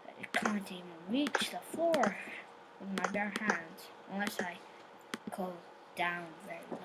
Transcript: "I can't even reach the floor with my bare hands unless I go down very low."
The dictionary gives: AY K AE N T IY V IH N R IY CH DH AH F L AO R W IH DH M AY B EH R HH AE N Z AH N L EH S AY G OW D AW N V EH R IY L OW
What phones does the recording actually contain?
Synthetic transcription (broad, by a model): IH K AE N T IY V IH N R IY CH DH AH F AO R W IH DH M AY B EH R HH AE N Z AH N L EH S AY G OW D AW N V EH R IY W